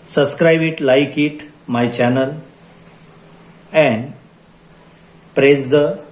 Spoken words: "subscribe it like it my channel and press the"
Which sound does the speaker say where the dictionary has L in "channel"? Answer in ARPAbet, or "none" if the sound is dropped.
L